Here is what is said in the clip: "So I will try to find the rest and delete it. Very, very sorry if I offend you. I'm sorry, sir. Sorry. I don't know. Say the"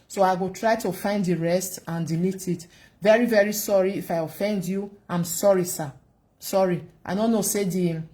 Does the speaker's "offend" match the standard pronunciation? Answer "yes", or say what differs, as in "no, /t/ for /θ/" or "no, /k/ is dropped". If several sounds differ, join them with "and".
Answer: yes